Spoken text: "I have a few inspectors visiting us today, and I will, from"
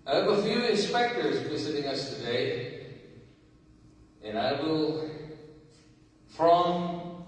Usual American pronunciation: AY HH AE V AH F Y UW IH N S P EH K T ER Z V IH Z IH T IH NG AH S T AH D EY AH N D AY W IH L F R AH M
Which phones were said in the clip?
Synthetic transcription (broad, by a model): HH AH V AH F Y UW IH N S P EH K T ER Z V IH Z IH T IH NG AH S T AH D EY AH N AY W IH L F R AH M